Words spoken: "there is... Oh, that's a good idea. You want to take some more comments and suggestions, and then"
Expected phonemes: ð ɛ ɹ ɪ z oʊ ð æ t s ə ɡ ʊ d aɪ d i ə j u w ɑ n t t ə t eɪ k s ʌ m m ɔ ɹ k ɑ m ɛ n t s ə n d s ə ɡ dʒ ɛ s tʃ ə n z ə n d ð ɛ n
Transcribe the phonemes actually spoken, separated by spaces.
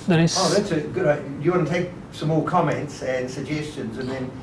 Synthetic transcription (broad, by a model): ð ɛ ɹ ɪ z oʊ ð æ t s ə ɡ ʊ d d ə j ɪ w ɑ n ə t eɪ k s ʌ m m ɔ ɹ k ɑ m ɛ n t s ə n s ə ɡ dʒ ɛ s tʃ ə n z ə n ð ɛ n